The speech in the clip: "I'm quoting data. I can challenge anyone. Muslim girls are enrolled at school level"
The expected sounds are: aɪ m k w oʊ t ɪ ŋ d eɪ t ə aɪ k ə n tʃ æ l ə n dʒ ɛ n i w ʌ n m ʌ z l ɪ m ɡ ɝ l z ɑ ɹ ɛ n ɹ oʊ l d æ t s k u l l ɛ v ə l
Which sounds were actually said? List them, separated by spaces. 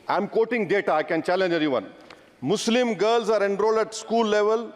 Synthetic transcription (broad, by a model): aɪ m k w oʊ t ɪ ŋ d eɪ t ə aɪ k ə n tʃ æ l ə n dʒ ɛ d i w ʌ n m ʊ s l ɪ m ɡ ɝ l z ɑ ɹ ɛ n ɹ oʊ l d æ t s k u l l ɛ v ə l